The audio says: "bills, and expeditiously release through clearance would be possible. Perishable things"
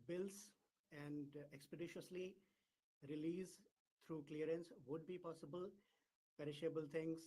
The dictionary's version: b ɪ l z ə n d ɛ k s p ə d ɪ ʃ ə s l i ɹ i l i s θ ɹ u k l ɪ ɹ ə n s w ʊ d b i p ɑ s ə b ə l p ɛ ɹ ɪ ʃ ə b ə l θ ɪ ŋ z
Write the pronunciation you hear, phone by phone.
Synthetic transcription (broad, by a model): b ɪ l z ə n d ɛ k s p ə d ɪ ʃ ə s l i ɹ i l i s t ɹ u k l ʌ ɹ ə n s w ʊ d b i p ɑ s ə b ə l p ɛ ɹ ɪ ʃ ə b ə l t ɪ ŋ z